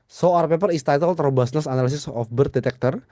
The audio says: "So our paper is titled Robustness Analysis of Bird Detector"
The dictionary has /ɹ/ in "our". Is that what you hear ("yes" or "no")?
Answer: yes